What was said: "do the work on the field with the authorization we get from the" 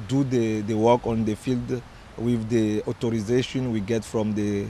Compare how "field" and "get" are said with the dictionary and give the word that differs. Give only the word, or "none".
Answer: none